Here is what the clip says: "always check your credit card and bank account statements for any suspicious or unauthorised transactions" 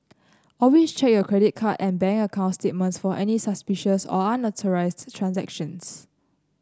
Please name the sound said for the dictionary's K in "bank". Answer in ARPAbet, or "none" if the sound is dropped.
none